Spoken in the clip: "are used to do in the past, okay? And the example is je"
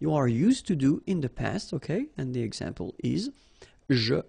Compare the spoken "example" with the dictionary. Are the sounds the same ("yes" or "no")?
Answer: yes